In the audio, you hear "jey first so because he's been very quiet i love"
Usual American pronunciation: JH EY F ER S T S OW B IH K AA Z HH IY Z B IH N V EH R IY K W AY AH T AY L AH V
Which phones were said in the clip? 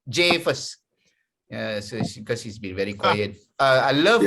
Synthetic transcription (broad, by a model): JH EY F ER S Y S OW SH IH K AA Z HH IY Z B IH N V EH R IY K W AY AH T AY L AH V